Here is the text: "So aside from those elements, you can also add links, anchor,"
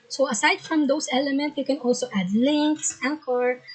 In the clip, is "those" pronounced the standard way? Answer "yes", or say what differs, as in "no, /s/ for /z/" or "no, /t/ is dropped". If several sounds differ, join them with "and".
no, /s/ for /z/